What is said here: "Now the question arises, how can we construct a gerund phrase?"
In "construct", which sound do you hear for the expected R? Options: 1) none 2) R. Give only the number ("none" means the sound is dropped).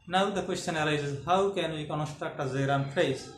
2